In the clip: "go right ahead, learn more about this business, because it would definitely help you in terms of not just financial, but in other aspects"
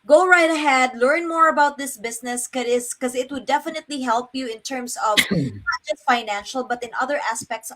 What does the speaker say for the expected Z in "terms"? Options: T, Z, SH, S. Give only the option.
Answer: S